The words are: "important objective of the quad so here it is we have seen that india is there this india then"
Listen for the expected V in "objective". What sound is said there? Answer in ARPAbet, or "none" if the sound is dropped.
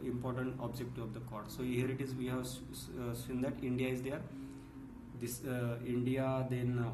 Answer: none